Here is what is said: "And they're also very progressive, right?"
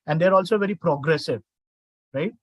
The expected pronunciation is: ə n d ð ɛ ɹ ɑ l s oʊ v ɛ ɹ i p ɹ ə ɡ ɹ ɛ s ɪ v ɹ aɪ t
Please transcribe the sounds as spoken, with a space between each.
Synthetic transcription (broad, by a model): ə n d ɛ ɹ ɑ l s oʊ v ɛ ɹ i p ɹ ə ɡ ɹ ɛ s ɪ v ɹ aɪ t